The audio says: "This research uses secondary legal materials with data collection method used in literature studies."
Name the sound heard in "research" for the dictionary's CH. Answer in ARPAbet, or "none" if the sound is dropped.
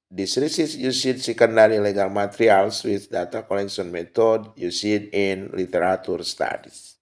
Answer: S